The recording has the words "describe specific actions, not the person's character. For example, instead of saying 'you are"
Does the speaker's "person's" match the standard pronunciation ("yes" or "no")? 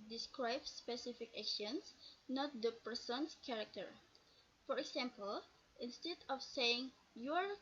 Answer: no